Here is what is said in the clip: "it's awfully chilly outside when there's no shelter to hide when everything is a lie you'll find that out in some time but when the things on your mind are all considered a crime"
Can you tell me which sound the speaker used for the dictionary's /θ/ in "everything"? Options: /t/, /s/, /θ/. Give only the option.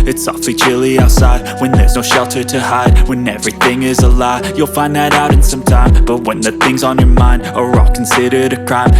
/θ/